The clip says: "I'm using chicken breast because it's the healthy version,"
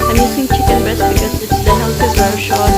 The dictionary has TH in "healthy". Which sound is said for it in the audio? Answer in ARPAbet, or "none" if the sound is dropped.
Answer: S